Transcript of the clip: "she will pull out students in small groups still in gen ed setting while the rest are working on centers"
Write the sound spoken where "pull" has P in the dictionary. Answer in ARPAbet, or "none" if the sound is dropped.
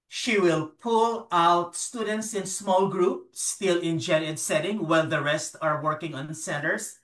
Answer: P